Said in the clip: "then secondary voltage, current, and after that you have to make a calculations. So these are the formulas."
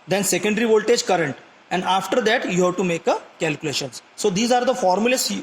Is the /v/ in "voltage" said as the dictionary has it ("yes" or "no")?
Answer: yes